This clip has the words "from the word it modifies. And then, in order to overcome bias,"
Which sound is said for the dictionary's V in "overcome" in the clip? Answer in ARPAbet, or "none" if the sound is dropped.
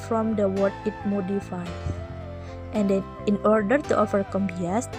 F